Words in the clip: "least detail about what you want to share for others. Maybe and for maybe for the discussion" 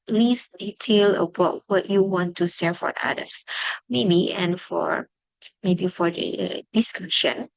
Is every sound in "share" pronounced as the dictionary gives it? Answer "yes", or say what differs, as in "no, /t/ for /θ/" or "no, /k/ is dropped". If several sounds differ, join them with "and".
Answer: no, /s/ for /ʃ/